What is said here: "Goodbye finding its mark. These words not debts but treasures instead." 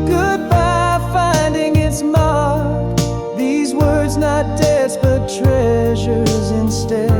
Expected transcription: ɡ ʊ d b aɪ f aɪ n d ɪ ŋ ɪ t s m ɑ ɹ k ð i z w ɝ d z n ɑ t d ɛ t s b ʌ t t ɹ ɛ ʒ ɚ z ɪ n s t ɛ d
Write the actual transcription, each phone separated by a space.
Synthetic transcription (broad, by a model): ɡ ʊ d b aɪ f aɪ n d ɪ ŋ ɪ t s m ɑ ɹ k ð i z w ɝ d z n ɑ t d ɛ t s b ʌ t t ɹ ɛ ʒ ɚ z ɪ n s t ɛ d